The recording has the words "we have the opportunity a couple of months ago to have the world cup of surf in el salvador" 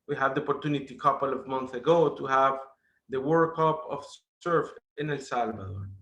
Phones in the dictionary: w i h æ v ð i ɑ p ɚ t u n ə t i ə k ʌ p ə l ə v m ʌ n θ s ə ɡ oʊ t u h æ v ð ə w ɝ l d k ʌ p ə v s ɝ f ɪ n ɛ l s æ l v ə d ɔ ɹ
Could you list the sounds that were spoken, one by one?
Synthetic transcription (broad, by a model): w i h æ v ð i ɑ p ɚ t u n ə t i k ʌ p ə l ə v m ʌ n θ ə ɡ oʊ t u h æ v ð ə w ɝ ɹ k ʌ p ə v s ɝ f ɪ n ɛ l s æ l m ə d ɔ